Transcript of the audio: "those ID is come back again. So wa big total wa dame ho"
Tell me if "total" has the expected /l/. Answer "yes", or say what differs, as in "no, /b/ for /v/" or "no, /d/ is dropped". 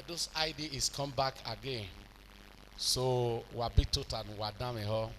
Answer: no, /n/ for /l/